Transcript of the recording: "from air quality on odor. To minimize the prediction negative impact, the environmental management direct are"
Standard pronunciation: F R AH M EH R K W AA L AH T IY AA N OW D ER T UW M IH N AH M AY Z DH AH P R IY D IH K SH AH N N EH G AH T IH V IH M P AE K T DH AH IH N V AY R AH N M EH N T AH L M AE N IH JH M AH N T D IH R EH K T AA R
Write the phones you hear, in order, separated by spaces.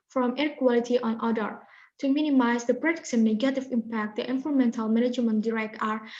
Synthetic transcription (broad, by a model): F R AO M EH R K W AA L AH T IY AA N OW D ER T UW M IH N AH M AY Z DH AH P R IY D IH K S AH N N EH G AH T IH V IH M P AE K T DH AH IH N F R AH M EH N T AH L M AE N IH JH M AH N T D IH R EH K T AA R